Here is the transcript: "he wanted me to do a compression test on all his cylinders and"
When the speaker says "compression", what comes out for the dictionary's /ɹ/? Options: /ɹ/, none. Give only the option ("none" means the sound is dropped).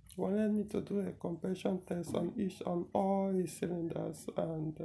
none